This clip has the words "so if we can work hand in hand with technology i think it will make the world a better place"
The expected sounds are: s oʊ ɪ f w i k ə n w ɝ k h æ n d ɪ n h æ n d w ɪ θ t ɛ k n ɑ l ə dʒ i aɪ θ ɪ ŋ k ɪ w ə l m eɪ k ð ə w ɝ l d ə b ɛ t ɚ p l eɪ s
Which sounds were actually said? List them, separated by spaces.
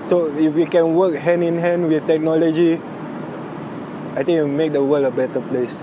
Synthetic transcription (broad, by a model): s oʊ ɪ f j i k ə n w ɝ k h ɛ n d ɪ n h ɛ n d w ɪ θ t ɛ k n ɑ l ə dʒ i aɪ t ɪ ŋ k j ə m eɪ k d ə w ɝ l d ə b ɛ t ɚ p l eɪ s